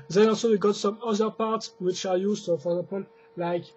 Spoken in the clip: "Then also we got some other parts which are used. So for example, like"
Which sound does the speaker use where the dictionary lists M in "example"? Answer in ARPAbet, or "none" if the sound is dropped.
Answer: none